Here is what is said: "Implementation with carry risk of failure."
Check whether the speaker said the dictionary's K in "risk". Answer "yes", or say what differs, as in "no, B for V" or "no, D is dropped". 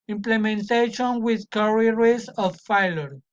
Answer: no, K is dropped